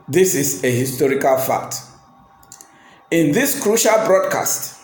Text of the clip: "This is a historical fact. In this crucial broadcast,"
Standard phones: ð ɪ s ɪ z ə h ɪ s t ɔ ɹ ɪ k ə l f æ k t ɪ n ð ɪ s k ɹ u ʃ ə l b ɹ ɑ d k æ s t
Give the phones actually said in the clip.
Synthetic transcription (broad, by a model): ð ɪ s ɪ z ə h ɪ s t ɔ ɹ ɪ k ə l f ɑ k t ɪ n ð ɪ s k ɹ u ʃ ə l b ɹ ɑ d k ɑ s t